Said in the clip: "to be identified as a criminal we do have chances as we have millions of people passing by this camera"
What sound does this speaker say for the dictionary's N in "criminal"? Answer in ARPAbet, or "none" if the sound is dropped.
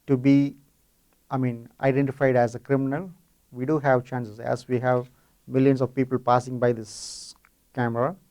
N